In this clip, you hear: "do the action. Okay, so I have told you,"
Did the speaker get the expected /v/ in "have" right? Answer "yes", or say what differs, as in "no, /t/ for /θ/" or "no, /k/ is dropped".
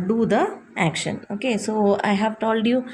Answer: yes